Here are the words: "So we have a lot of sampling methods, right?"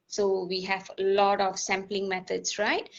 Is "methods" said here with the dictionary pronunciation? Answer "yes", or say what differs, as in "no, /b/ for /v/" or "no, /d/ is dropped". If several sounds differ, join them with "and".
no, /t/ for /θ/ and /s/ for /z/